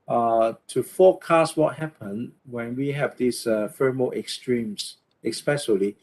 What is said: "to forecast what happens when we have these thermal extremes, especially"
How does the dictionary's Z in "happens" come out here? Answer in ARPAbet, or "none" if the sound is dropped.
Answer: none